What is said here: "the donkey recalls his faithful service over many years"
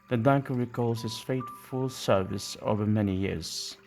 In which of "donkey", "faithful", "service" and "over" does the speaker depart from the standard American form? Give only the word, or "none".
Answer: faithful